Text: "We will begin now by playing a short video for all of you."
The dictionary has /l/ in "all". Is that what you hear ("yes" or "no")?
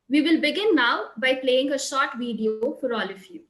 yes